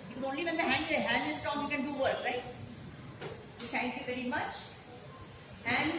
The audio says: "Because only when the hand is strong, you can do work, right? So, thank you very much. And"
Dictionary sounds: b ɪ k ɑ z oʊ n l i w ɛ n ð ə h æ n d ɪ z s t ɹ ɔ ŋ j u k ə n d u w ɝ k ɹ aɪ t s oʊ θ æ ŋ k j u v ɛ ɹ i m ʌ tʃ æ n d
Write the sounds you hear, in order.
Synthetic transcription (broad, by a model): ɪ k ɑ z oʊ n l i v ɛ n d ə h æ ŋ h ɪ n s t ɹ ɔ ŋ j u k ə n d u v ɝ k ɹ aɪ t s oʊ t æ ŋ k j u v ɛ ɹ i m ʌ tʃ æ n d